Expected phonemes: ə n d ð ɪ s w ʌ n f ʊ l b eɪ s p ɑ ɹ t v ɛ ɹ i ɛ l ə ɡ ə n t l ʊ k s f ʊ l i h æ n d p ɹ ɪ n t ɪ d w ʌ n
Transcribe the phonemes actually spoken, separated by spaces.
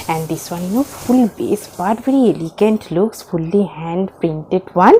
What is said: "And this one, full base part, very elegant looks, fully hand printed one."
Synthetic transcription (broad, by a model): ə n d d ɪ s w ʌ n f ʊ l b eɪ s b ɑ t v ɛ ɹ i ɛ l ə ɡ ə n t l ʊ k s f ʊ l i h æ n d p ɹ ɪ n t ɪ d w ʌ n